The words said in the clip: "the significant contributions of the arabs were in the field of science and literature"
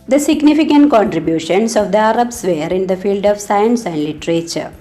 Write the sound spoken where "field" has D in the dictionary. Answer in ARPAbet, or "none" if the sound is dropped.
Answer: D